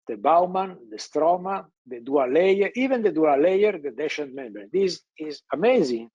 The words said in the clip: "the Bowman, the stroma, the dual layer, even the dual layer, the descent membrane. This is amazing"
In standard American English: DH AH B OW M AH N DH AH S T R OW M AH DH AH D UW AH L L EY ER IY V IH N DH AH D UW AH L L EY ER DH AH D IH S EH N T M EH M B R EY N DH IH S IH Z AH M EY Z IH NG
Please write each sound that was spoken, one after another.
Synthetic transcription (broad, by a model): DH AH B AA M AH N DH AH S T R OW M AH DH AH D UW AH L L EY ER IY V IH N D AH D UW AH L L EY ER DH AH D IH SH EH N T M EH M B EY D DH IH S IH Z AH M EY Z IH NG